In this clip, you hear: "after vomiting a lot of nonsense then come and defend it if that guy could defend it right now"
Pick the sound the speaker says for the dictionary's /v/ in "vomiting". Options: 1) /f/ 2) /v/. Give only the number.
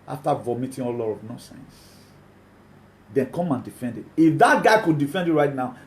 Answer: 2